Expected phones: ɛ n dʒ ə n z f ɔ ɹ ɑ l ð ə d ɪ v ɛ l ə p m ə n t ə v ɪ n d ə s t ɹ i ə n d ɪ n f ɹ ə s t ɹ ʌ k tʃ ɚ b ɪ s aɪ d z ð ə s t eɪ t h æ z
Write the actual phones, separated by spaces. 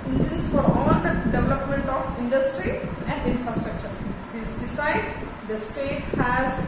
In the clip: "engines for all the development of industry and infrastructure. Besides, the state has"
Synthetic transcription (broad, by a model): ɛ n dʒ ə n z f ɔ ɹ ɑ l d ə d ɪ v ɛ l ə p m ə n t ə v ɪ n d ə s t ɹ i ə n d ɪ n f ɹ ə s t ɹ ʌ k tʃ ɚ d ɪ s aɪ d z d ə s t eɪ t h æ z